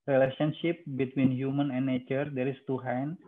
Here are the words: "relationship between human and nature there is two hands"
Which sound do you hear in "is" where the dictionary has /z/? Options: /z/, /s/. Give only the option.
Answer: /s/